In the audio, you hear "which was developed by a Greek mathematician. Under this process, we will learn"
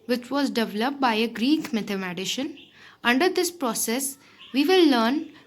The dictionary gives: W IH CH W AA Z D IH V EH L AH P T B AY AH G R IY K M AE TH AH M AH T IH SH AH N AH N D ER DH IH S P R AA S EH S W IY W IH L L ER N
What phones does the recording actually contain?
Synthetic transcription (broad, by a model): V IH CH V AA Z D IH V EH L AH P T B AY AH G R IY K M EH T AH M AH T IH SH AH N AH N D ER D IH S P R AA S EH S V IY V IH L L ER N